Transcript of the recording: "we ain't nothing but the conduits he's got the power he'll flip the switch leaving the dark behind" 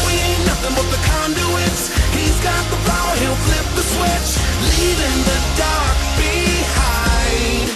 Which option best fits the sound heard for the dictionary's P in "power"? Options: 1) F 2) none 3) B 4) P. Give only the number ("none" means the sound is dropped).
1